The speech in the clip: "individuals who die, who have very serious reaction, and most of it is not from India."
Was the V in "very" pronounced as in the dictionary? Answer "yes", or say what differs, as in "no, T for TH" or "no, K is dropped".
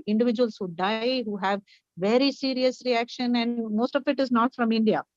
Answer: yes